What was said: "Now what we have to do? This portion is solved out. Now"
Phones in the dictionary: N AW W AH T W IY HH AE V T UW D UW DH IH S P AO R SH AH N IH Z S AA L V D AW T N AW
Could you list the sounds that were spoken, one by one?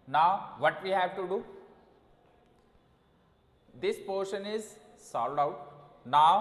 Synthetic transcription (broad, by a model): N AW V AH T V IY HH AE V T UW D UW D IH S P AO R SH AH N IH Z S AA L D AW T N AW